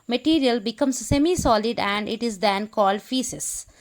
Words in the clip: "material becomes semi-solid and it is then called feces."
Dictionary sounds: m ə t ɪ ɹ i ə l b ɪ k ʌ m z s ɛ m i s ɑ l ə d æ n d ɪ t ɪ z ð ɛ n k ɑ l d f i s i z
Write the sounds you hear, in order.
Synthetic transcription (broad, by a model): m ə t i ɹ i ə l b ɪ k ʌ m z s ɛ m i s ɑ l ə d æ n d ɪ t ɪ z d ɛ n k ɑ l d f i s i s